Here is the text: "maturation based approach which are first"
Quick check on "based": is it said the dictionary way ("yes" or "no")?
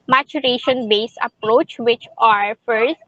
no